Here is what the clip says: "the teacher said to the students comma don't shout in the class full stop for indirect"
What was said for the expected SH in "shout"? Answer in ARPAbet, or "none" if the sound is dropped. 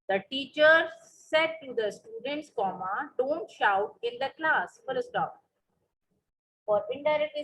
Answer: SH